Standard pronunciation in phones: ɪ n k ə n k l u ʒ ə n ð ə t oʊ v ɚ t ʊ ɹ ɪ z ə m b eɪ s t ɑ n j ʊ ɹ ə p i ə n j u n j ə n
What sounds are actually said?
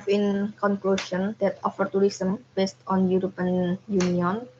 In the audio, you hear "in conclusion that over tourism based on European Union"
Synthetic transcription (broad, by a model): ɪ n k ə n k l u ʃ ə n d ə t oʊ f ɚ t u ɹ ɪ s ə m b eɪ s t ɑ n j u ɹ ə p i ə n j u n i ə n